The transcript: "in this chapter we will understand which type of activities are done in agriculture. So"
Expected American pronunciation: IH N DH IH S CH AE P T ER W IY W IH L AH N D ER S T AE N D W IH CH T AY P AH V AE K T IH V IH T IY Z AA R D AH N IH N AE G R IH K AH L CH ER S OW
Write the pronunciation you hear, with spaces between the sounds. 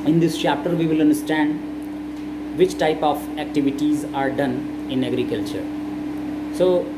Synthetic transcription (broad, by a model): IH N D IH S CH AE P T ER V IY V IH L AH N D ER S T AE N D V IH CH T AY P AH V AE K T IH V IH T IY Z AA R D AH N IH N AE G R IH K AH L CH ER S OW